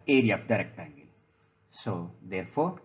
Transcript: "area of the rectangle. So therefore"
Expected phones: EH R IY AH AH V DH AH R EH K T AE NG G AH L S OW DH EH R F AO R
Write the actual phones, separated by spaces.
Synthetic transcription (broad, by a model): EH R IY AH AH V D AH R EH K T AE NG G AH L S OW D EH R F AO R